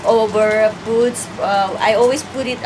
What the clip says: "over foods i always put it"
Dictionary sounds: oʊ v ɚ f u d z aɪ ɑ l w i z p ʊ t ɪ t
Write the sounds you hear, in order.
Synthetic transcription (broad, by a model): oʊ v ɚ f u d s aɪ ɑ l w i s p ʊ t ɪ t